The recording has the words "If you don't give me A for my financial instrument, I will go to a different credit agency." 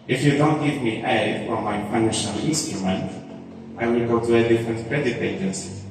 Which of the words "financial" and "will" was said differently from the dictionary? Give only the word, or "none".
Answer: financial